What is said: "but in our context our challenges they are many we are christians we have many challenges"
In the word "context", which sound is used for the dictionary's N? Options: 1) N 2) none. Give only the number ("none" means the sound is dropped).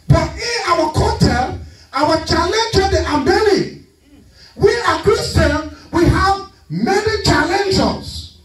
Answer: 2